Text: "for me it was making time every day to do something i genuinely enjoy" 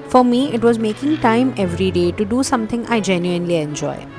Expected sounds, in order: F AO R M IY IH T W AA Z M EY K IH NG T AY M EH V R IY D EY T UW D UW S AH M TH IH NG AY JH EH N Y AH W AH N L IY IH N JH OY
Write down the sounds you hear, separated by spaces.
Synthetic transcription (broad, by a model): F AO R M IY IH T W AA Z M EY K IH NG T AY M EH V R IY D EY T UW D UW S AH M T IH NG AY JH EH N Y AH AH N L IY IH N JH OY